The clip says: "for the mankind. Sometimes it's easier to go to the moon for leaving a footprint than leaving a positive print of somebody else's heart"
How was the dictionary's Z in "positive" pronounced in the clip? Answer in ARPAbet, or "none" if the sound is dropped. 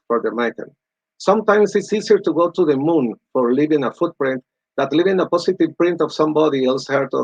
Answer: S